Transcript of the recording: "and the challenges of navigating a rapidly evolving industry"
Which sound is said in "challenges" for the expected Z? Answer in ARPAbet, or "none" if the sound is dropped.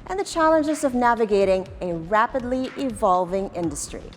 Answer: Z